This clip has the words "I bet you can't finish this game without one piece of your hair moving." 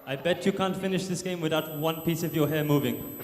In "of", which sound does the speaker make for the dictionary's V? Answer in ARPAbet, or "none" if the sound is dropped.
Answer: V